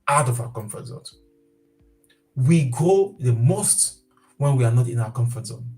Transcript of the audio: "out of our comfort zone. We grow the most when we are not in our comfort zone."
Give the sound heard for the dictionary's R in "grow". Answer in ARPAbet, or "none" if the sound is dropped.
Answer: none